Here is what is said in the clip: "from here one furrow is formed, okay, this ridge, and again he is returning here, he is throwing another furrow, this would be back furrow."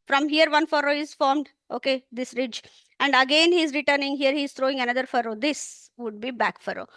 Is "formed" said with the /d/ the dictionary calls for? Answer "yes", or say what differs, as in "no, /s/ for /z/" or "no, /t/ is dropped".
yes